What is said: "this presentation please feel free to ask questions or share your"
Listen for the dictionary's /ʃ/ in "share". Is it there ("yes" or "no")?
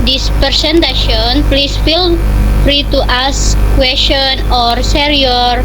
no